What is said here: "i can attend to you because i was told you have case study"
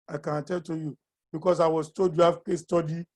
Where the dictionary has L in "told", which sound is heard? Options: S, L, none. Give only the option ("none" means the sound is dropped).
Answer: none